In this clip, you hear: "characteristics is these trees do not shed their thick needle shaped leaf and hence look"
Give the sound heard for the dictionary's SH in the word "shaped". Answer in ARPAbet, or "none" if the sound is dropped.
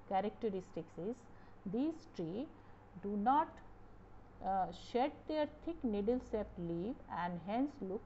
S